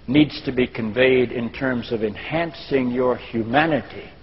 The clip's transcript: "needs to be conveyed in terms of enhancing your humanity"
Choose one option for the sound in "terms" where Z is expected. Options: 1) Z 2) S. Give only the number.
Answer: 1